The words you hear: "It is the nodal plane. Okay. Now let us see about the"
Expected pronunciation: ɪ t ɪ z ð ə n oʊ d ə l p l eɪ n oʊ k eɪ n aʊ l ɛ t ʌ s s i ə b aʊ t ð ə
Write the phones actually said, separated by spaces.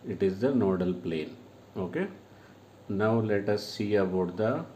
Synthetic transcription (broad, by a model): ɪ t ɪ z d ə n oʊ d ə l p l eɪ n oʊ k eɪ n aʊ l ɛ t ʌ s s i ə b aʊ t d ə